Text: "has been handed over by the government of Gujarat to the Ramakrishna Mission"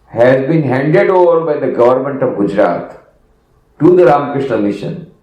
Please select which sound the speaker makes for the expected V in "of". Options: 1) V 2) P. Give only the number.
1